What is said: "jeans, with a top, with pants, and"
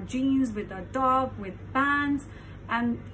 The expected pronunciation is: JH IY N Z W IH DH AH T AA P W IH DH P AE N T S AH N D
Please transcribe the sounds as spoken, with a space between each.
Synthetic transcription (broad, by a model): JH IY N Z W IH DH AH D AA B W IH DH B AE N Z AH N